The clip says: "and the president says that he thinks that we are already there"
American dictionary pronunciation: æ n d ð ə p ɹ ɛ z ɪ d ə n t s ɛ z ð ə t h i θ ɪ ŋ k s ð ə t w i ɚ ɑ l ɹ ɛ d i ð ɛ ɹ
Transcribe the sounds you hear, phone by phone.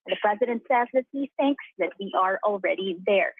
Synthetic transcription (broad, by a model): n ð ə p ɹ ɛ z ɪ d ə n t s ɛ z ð ə t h i θ ɪ ŋ k s ð ə t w i ɚ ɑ l ɹ ɛ d i ð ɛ ɹ